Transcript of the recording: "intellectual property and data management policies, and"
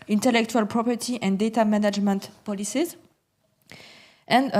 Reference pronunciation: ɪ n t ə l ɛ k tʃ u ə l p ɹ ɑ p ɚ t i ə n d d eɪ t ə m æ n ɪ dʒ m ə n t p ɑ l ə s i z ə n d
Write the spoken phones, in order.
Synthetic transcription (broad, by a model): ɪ n t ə l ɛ k tʃ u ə l p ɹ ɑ p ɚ t i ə n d d eɪ t ə m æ n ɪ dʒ m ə n t p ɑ l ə s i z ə n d